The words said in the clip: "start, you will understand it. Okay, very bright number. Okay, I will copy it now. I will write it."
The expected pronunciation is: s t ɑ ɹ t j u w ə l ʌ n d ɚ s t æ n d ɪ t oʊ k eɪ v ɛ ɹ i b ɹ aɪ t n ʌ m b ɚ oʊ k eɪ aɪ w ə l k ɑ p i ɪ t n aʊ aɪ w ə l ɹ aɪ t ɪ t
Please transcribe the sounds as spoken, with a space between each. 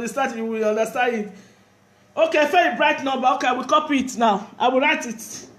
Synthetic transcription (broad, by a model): s t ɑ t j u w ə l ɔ n d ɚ s t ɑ n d ɪ t oʊ k eɪ f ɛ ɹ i b ɹ aɪ t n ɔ b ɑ oʊ k eɪ aɪ w ə l k ɑ p i ɪ t n aʊ aɪ w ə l ɹ aɪ t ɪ t